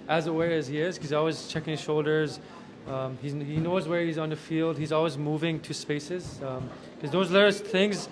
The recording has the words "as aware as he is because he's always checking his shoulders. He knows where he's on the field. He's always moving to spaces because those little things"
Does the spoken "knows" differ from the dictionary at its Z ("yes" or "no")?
no